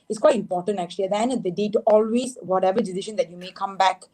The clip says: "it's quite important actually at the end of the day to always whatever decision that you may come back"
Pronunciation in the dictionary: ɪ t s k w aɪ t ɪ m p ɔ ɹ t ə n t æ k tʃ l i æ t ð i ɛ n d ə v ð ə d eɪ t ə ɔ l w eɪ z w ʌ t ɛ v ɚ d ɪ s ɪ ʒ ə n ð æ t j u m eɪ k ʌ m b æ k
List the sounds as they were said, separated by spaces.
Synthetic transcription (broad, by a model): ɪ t s k w aɪ t ɪ m p ɔ ɹ t ə n t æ k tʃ i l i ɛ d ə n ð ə d eɪ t ɔ l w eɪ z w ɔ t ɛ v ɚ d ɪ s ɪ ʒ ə n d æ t j u m eɪ k ʌ m b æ k